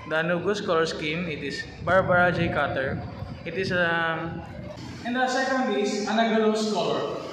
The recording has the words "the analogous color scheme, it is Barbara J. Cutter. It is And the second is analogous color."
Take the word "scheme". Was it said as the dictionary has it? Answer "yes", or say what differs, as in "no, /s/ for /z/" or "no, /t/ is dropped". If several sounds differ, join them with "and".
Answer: yes